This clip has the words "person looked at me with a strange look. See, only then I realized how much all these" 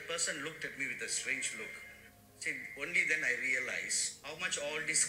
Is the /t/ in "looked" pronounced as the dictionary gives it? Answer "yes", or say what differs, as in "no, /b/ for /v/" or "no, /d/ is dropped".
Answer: yes